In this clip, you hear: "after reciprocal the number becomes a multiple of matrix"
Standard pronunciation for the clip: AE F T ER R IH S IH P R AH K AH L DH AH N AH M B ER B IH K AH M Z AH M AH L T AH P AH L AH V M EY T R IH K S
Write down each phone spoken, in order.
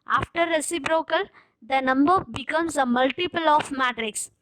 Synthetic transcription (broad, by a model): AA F T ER R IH S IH B R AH K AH L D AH N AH M B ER B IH K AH M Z AH M AH L T AH P AH L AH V M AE T R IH K S